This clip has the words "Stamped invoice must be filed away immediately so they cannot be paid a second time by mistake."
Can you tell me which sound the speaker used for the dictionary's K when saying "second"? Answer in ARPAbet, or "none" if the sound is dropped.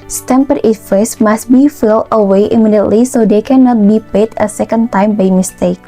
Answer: K